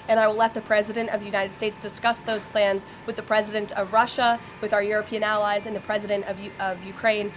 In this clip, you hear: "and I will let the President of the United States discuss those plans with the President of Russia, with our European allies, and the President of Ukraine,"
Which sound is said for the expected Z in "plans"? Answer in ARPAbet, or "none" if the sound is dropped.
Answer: Z